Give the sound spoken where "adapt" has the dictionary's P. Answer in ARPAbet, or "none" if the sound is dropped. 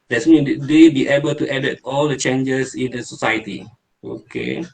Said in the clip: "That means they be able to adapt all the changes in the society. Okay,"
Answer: none